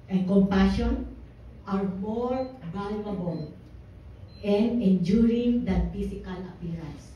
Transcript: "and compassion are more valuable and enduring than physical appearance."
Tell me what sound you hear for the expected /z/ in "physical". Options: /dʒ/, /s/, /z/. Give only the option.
/s/